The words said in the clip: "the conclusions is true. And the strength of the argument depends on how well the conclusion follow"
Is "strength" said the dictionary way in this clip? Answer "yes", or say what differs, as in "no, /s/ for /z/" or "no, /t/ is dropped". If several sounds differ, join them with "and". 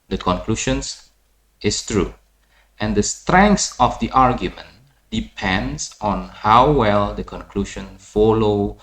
no, /s/ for /θ/